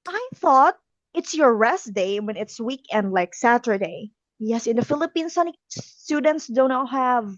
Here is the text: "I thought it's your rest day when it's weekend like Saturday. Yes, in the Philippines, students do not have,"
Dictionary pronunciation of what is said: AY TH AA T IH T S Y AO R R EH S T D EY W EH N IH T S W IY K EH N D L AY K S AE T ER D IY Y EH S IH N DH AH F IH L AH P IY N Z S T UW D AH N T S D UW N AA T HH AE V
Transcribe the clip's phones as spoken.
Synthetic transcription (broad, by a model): AY TH AA T IH T S Y AO R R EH S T D EY W EH N IH T S W IY K EH N D L AY K S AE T ER D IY Y EH S IH N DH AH F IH L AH P IY N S S T UW D AH N T S D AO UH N HH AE V